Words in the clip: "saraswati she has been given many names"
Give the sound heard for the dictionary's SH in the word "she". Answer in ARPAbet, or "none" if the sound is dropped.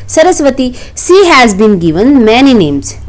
S